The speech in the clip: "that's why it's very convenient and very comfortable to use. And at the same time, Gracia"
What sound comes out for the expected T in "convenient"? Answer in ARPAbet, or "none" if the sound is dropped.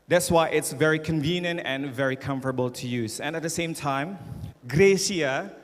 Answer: T